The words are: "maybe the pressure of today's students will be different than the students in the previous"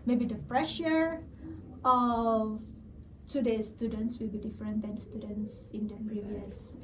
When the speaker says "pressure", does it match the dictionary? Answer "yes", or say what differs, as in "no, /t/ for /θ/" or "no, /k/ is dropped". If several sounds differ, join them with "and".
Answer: yes